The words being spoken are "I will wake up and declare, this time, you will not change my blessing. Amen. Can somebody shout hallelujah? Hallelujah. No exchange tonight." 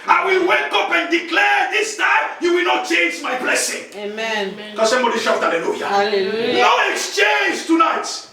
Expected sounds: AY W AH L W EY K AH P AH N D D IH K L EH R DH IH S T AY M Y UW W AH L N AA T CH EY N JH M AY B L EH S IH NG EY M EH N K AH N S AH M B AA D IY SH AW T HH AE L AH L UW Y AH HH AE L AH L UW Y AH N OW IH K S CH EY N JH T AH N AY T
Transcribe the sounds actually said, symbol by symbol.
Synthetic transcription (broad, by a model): AY W AH L W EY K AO P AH N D D IH K L EH R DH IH S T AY Y UW W AH L N AA T CH EY N JH M AY B L EH S IH NG EY M EH N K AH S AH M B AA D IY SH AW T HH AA L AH L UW Y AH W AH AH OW IH K S CH EY N JH T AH N AY T